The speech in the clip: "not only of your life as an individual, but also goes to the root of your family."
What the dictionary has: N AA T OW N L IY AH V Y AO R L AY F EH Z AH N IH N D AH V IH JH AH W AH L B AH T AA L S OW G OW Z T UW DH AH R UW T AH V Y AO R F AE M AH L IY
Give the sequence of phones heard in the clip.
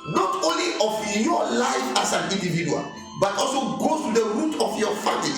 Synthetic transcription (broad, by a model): N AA T OW N L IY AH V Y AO L AY F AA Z AH N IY N D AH V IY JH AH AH L B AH T AA L S OW G OW T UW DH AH R UW T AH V Y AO F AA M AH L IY